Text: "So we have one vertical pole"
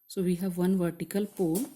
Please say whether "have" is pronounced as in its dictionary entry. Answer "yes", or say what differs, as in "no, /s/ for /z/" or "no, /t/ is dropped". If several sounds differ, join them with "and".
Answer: yes